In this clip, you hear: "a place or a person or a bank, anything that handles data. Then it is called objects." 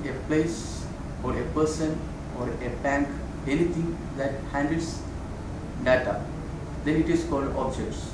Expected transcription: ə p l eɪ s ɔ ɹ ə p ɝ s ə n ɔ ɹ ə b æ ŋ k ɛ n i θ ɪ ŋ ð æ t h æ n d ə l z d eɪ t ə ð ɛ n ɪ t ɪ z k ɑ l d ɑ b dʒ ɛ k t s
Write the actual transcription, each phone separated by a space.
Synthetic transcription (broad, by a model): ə p l eɪ s ɔ ɹ ə p ɝ s ə n ɔ ɹ ə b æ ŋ k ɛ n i t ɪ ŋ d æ t h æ n d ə l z d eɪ t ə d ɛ n ɪ t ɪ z k ɑ l d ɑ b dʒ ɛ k t s